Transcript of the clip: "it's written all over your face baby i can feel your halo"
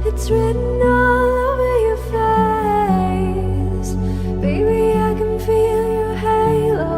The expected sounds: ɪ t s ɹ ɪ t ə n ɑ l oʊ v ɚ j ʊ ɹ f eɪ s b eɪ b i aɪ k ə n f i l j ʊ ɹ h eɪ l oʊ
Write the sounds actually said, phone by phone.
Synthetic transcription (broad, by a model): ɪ t s ɹ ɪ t n ɑ l oʊ v ɚ j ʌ ɹ f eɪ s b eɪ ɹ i aɪ k ə n f i l j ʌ ɹ h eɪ l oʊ